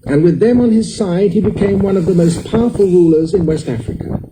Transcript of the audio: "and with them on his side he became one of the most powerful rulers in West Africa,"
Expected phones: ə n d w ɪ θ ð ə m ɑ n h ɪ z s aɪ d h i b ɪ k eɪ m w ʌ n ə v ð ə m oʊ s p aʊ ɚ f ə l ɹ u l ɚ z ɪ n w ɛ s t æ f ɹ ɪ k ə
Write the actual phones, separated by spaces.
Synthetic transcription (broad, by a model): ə n w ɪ ð ə m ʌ n ɪ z s aɪ d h i b ɪ k eɪ m w ʌ n ə v ð ə m oʊ s p aʊ ɚ f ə l ɹ u l ɚ z ɪ n w ɛ s t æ f ɹ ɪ k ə